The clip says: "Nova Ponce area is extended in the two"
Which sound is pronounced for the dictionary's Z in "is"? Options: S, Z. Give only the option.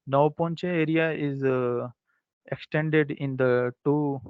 Z